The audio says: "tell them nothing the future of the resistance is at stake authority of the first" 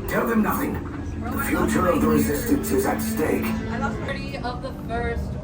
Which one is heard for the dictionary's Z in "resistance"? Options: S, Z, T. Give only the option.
Z